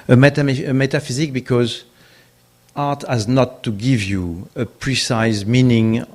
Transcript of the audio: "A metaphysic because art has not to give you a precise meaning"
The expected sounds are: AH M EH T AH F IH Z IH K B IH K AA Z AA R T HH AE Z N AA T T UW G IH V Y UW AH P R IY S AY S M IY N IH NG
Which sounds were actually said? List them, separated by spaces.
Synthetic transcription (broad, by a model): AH M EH T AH F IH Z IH K B IH K AA Z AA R T HH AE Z N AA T T UW G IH V Y UW AH P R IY S AY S M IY N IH NG